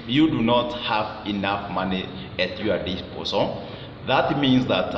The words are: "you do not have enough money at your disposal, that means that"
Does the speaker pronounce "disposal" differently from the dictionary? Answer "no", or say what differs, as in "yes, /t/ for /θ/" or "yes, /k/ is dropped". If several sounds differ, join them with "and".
yes, /s/ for /z/